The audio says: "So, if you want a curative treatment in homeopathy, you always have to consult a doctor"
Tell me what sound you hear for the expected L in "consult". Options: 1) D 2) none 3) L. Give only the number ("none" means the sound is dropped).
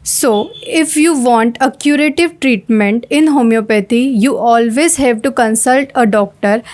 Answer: 3